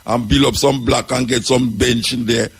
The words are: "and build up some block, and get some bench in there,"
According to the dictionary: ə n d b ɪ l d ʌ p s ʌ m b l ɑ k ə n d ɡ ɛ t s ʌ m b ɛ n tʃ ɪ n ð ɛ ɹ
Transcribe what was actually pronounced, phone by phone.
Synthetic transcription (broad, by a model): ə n b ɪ l ɔ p s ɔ m b l ɑ k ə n ɡ ɛ t s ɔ m b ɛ n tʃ ɪ n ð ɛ